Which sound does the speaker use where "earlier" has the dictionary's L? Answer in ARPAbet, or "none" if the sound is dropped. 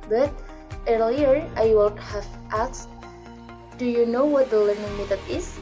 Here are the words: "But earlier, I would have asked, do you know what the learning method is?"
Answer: L